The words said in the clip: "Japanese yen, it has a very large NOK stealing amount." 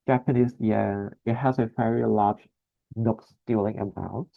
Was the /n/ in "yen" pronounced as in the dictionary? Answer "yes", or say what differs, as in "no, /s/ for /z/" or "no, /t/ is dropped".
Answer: no, /n/ is dropped